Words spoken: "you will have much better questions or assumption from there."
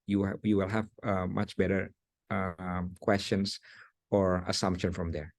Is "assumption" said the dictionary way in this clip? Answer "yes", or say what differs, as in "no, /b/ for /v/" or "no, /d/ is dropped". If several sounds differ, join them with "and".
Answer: yes